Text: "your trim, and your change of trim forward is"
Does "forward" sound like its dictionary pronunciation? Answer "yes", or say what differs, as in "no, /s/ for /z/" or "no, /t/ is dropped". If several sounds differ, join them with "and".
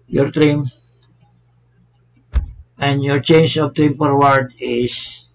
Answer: no, /p/ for /f/